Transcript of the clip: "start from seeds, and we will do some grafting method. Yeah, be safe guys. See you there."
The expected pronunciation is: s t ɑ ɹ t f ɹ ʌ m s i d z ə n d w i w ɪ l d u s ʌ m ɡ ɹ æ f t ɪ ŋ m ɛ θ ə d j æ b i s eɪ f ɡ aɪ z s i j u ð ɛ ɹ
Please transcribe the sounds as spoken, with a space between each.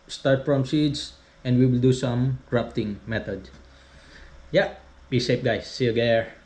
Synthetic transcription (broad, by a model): s t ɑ ɹ t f ɹ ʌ m s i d s ə n d w i w ɪ l d u s ʌ m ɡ ɹ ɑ p t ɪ ŋ m ɛ t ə d j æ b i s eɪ p ɡ aɪ s i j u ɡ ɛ ɹ